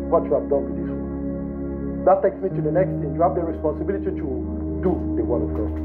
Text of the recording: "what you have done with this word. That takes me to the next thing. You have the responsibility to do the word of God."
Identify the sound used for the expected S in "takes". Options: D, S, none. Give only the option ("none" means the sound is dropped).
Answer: S